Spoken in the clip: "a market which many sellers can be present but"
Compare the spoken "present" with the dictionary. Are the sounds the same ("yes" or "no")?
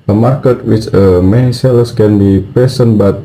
no